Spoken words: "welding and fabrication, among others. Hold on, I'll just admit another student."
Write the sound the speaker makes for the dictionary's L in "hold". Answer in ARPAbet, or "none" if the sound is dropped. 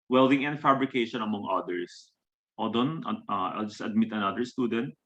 none